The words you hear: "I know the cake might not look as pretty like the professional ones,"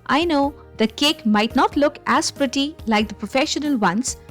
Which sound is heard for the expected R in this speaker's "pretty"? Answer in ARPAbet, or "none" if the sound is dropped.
R